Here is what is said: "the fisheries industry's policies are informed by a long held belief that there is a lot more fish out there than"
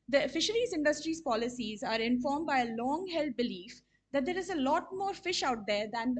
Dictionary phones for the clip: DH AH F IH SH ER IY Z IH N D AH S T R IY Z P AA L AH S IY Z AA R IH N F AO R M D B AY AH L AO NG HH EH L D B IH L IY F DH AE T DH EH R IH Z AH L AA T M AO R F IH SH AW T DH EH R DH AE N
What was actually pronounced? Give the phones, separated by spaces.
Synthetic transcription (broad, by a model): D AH F IH SH ER IY Z IH N D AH S T R IY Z P AA L AH S IY Z AA R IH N F AO R M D B AY AH L AO NG HH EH L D B IH L IY F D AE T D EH R IH Z AH L AA T M AO R F IH SH AW T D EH R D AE N